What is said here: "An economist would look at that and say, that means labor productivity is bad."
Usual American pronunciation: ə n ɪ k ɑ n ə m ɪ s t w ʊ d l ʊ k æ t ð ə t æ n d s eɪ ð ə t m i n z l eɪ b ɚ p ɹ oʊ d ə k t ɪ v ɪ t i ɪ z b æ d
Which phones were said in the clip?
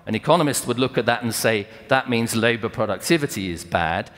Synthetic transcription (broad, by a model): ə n ɪ k ɑ n ə m ɪ s t w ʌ d l ʊ k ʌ t ð ə t n s eɪ ð ə t m i n z l eɪ b ɚ p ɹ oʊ d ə k t ɪ v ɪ t i ɪ z b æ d